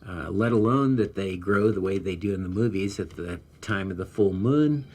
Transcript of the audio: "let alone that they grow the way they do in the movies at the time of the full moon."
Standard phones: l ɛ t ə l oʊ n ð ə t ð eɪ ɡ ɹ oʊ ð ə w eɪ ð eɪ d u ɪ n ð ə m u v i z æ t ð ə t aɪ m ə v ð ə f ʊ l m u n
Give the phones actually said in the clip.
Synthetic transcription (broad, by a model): l ɛ t ə l oʊ n ð ə t ð eɪ ɡ ɹ oʊ ð ə w eɪ ð eɪ d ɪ ɪ n ð ə m u v i z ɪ t ð ə t aɪ m ə v ð ə f ʊ l m u n